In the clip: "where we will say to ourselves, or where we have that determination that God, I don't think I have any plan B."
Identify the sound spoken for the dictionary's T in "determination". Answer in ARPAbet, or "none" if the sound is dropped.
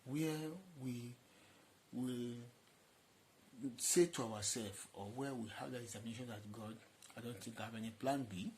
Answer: S